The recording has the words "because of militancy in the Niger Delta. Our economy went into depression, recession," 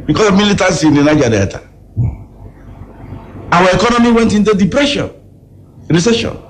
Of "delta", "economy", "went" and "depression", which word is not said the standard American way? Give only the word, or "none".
delta